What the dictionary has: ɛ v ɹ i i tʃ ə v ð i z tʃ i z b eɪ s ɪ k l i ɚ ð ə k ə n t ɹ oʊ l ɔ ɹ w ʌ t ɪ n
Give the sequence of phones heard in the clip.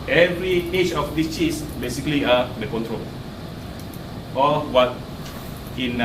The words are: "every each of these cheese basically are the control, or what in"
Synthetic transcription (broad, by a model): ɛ v ɹ i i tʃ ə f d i s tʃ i s b eɪ s ɪ k l i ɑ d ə k ə n t ɹ oʊ l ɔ l w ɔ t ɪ n